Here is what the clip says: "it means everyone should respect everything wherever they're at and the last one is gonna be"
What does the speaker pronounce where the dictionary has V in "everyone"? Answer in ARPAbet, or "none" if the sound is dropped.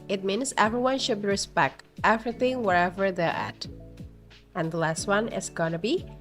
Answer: V